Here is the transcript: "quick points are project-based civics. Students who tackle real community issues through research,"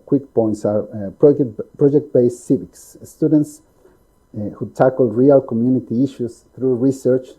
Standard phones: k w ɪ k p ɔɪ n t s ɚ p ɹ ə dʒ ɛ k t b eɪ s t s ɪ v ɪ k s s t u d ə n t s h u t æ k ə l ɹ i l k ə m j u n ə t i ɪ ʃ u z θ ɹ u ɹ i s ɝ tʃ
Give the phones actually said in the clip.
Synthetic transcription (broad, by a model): k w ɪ k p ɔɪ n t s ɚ p ɹ ə dʒ ɛ k t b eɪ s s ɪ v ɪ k s s t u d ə n t s h u t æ k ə l ɹ i l k ə m j u n ə t i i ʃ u s θ ɹ u ɹ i s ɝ tʃ